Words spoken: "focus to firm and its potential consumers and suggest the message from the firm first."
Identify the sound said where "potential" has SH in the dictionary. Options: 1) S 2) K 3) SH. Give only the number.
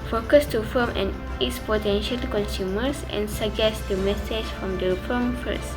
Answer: 3